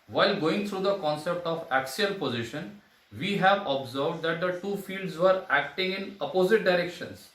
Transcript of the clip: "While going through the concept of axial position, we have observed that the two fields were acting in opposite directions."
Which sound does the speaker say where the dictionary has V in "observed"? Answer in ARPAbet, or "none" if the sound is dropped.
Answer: V